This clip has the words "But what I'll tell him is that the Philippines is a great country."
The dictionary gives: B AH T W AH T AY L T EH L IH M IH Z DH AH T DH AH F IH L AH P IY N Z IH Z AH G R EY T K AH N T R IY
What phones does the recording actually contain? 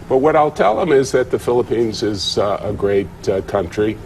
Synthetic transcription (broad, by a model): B AH T W AH T AY L T EH L IH M IH Z DH AH T DH AH F IH L AH P IY N Z IH Z AH G R EY T K AH N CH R IY